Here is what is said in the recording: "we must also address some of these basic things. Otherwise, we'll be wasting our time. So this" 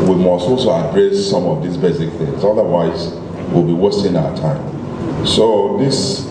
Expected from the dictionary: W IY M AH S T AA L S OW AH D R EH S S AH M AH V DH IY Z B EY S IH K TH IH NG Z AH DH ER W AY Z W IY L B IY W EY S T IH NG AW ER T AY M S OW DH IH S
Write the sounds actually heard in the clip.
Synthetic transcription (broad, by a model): W IY M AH S T AA L S OW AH D R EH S S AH M AH V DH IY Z B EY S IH K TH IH NG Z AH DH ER W AY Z W IY L B IY W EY S T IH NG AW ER T AY M S OW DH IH S